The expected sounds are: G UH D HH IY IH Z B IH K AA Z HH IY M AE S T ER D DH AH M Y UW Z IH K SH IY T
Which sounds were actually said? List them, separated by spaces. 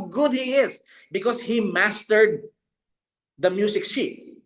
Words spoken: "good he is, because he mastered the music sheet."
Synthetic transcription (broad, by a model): G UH D HH IY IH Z B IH K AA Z HH IY M AE S T ER D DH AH M Y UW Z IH K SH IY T